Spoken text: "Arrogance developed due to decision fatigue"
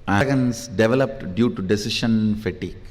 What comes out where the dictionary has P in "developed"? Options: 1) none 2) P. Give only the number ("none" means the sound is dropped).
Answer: 2